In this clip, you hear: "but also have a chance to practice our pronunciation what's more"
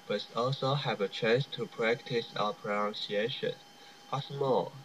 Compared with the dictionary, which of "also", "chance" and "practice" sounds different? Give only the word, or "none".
none